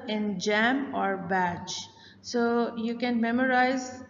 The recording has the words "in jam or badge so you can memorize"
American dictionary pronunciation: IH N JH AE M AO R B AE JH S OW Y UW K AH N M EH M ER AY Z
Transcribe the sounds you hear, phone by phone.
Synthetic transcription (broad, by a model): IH N JH AE M AO R B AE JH S OW Y UW K AH N M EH M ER AY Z